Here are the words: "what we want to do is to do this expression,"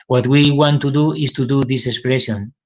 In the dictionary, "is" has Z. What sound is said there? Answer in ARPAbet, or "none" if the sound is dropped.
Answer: S